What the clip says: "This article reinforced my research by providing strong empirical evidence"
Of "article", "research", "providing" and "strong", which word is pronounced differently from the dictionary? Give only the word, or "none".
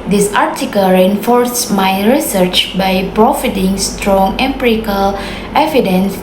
providing